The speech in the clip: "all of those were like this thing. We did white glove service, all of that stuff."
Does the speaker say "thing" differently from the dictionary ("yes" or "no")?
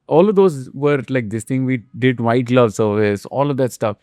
yes